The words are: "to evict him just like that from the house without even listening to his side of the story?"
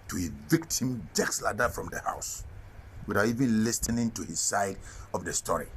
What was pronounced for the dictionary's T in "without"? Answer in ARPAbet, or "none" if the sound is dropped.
none